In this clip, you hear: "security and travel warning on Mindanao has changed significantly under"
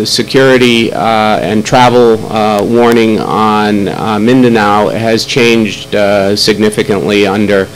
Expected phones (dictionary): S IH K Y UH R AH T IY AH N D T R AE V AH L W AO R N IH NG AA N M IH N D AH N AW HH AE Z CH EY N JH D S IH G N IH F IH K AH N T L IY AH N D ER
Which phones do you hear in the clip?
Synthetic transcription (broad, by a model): S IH K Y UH R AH T IY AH N T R AE V L W AO R N IH NG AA N M IH N D AH N AW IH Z CH EY N JH D S IH G N IH F IH K AH N T L IY AH N D ER